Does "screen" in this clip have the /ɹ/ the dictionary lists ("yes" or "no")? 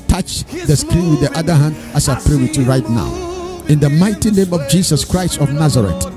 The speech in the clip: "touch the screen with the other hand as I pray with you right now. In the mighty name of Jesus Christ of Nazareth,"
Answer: yes